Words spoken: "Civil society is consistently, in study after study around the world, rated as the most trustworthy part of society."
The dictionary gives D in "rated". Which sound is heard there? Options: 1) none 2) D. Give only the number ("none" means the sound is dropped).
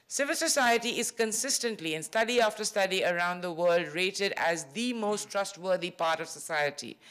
2